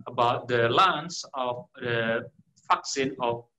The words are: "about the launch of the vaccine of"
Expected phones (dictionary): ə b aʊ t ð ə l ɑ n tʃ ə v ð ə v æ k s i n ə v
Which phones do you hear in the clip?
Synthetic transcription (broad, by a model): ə b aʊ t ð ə l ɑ n s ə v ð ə f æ k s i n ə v